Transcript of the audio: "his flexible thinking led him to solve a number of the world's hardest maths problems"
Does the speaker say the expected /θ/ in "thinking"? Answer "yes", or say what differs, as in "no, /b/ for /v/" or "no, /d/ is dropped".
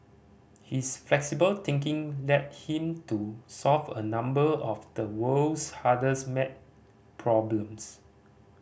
no, /t/ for /θ/